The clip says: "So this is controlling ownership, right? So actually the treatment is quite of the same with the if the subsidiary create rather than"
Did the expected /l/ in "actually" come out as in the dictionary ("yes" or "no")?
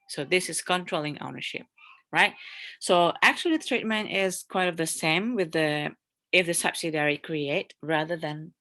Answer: no